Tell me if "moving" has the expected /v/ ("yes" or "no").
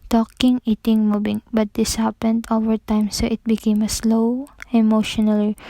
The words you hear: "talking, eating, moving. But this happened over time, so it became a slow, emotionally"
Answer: no